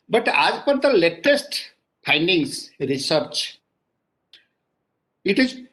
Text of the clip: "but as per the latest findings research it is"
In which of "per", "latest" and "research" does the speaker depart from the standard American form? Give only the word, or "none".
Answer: none